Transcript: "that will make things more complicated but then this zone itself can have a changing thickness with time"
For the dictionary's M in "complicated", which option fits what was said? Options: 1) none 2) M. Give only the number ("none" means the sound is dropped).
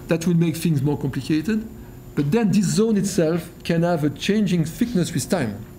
2